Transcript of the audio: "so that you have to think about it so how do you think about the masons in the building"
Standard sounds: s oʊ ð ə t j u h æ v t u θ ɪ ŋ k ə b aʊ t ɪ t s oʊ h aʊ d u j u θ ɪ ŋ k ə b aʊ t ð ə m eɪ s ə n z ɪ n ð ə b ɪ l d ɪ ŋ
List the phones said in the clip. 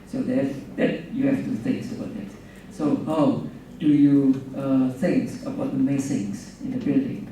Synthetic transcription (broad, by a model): s oʊ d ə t j u h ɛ f t u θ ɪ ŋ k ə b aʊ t ɪ t s oʊ h aʊ d u j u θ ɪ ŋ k ə b aʊ t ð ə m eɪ s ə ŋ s ɪ n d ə b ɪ l d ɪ ŋ